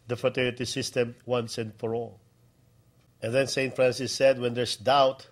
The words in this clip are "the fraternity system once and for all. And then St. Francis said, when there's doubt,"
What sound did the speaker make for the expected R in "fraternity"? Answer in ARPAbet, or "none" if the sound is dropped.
none